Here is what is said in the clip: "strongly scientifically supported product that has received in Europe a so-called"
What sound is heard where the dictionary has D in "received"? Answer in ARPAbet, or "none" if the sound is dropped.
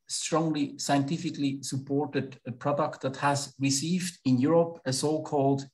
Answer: D